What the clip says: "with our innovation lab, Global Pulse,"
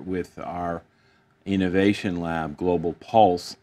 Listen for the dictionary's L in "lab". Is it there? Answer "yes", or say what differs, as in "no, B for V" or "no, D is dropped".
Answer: yes